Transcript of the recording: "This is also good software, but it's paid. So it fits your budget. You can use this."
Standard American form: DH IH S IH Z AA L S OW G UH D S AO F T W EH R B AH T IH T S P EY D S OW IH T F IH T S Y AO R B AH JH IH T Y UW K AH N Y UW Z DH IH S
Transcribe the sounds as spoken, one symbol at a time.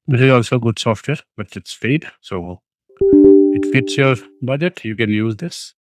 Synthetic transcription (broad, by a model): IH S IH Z AA L S OW G UH D S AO F T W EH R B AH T IH T S F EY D S OW IH T F IH T S Y AO R B AH JH IH T Y UW K AH N Y UW Z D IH S